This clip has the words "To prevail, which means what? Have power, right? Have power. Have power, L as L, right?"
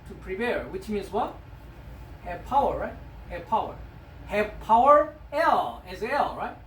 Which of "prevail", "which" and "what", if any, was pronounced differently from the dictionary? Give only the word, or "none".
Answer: prevail